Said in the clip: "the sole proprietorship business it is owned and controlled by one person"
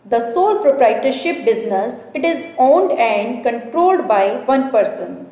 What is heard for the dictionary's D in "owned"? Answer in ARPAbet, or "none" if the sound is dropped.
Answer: D